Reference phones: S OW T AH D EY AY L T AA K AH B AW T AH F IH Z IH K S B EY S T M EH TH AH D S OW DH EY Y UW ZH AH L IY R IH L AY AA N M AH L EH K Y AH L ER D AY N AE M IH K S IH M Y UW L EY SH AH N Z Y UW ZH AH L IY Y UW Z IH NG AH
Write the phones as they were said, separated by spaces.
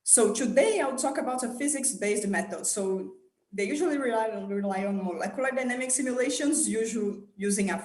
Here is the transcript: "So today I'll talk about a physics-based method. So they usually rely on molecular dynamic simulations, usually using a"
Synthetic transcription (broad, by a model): S OW T AH D EY AY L T AA K AH B AW T AH F IH Z IH K S B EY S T M EH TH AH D S OW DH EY Y UW ZH AH L IY R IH L AY AA N M AH L EH K Y AH L ER D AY N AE M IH K S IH M Y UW L EY SH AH N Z Y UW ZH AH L Y UW Z IH NG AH